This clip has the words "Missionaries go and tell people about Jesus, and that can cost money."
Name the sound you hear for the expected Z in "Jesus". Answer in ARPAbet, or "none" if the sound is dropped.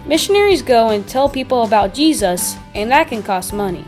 Z